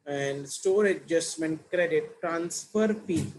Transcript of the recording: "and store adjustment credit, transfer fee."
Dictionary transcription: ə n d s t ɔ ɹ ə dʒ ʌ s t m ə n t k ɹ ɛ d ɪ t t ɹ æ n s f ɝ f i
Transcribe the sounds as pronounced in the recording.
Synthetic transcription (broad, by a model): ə n d s t ɔ ɹ ə dʒ ʌ s t m ə n t k ɹ ɛ d ɪ t t ɹ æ n s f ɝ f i